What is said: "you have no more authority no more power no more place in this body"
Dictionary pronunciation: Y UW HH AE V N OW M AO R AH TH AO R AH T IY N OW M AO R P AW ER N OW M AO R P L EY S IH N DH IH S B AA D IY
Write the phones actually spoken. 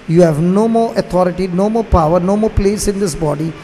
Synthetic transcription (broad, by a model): Y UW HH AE V N OW M AO R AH T AO R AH T IY N OW M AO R P AW ER N OW M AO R P L EY S IH N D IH S B AA D IY